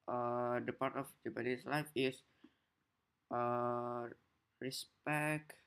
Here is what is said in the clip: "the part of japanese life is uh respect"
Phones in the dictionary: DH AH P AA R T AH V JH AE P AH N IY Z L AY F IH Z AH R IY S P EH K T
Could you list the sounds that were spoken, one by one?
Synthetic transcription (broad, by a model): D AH P AA R T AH F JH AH B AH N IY S L AY F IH S AH R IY S P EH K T